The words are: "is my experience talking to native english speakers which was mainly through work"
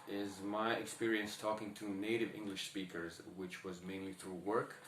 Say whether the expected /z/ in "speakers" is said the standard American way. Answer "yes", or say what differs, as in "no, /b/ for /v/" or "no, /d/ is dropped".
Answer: yes